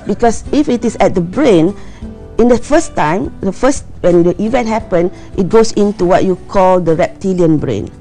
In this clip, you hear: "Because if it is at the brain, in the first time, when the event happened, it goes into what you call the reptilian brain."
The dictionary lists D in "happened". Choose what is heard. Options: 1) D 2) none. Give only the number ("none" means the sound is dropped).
2